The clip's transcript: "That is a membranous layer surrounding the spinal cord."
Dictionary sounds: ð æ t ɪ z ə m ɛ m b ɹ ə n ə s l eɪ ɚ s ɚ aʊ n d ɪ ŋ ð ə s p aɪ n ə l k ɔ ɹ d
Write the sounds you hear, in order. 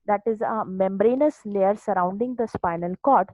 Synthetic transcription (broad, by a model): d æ t ɪ z ə m ɛ m b ɹ ə n ə s l eɪ ɚ s ɚ aʊ n d ɪ ŋ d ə s p aɪ n ə l k ɔ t